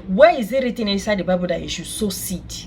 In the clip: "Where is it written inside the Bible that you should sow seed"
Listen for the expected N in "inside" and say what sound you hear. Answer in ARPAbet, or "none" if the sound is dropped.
none